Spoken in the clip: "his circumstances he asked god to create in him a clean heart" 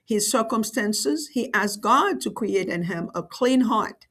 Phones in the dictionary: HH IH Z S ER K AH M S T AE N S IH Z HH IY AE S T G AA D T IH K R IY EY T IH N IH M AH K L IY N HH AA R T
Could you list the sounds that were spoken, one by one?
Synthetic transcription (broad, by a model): HH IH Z S ER K AH M S T AE N S IH Z HH IY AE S G AA D T IH K R IY EY T IH N IH M AH K L IY N HH AA R T